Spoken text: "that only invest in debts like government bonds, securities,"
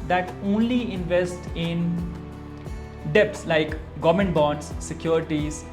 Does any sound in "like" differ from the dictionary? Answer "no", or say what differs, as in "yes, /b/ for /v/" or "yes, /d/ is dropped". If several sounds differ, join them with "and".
no